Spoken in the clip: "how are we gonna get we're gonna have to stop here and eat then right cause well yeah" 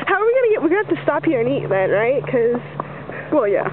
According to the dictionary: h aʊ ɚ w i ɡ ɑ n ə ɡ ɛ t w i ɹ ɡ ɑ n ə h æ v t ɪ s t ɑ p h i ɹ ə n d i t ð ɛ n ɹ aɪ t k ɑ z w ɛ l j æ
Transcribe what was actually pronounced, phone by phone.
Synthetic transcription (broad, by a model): h aʊ ɚ w i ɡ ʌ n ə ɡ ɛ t w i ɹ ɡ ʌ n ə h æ f t ɪ s t ɑ p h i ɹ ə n i t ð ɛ n ɹ aɪ t k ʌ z w ɛ l j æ